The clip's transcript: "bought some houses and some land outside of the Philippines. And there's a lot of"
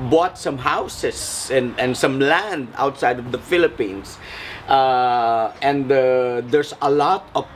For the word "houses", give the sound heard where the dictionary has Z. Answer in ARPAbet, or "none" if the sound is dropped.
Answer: S